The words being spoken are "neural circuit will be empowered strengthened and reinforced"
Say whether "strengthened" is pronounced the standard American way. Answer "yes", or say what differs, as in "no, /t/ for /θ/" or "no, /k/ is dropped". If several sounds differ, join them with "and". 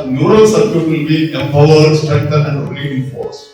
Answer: no, /n/ is dropped